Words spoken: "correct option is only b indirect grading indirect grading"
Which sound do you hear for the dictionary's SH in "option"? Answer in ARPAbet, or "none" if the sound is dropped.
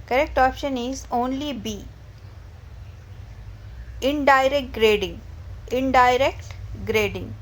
SH